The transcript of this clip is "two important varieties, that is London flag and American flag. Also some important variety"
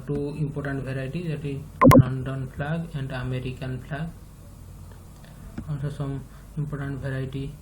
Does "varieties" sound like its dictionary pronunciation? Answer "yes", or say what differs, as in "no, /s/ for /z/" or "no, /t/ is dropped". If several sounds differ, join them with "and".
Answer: no, /b/ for /v/